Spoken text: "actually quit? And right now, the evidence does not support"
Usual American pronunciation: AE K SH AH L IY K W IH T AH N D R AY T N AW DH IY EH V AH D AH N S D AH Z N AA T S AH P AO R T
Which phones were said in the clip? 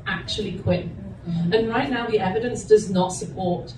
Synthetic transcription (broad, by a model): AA K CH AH L IY K W IH T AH N R AY T N AW DH IY EH V AH D AH N S D AH Z N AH T S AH P AO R T